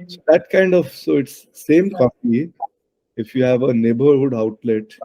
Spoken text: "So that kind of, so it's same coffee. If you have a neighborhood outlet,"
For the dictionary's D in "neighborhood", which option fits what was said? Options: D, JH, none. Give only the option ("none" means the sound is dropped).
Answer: D